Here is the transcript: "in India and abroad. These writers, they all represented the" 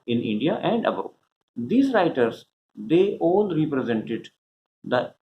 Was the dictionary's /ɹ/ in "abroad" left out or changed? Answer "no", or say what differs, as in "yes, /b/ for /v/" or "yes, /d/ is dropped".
yes, /ɹ/ is dropped